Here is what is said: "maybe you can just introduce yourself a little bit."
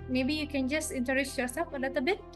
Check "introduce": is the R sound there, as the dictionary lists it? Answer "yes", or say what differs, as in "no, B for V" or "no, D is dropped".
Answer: no, R is dropped